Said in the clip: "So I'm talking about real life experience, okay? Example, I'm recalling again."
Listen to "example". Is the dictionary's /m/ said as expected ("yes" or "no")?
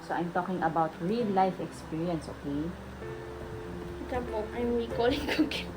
no